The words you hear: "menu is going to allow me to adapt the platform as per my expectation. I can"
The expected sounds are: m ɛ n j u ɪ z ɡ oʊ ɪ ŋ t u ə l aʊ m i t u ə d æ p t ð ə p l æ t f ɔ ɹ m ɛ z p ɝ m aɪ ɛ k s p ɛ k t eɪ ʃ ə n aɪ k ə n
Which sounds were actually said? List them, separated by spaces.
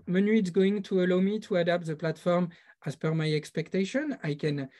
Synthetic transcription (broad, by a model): m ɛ n j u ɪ s ɡ oʊ ɪ ŋ t u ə l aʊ m i t u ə d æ p t ð ə p l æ t f ɔ ɹ m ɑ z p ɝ m aɪ ɛ k s p ɛ k t eɪ ʃ ə n aɪ k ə n